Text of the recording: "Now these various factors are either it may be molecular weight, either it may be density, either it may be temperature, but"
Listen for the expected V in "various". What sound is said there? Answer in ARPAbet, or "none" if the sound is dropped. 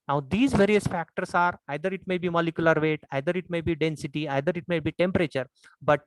V